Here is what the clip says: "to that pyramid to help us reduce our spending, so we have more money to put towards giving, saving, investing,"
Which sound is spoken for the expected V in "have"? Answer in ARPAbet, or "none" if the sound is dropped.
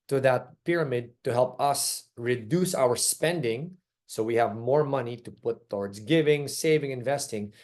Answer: V